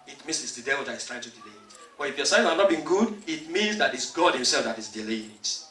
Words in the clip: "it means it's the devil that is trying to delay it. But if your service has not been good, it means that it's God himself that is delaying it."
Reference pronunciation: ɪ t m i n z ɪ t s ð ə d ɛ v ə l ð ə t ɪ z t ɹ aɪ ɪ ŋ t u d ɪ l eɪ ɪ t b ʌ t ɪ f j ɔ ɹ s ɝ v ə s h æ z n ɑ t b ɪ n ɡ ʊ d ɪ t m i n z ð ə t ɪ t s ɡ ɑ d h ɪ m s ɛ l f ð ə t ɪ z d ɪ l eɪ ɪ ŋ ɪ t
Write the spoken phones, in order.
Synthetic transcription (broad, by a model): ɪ t m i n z ɪ t s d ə d ɛ v ə l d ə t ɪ s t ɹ aɪ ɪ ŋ t u d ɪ l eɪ ɪ t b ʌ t ɪ f j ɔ s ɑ ə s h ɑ n ɑ t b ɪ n ɡ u d ɪ t m i n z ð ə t ɪ t s ɡ ɑ d h ɪ m s ɛ l f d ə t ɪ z d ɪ l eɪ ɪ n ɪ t